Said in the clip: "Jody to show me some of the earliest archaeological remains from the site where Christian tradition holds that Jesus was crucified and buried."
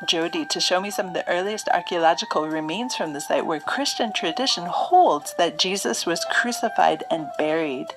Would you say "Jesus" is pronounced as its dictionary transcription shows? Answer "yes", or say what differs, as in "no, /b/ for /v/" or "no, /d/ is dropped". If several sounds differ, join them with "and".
yes